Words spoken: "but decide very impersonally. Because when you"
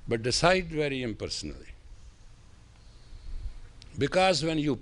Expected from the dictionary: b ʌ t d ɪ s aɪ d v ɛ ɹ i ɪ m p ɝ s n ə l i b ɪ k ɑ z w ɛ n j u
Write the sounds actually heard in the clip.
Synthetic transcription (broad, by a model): b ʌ t d ɪ s aɪ d v ɛ ɹ i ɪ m p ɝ s n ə l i b ɪ k ɑ z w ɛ n j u